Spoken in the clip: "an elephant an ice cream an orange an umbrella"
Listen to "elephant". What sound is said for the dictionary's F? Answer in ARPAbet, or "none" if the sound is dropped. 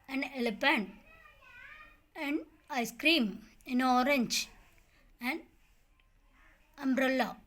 P